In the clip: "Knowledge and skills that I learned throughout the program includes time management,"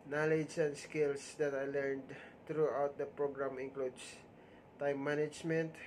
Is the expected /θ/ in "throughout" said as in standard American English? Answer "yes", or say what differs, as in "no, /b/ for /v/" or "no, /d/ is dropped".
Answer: no, /t/ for /θ/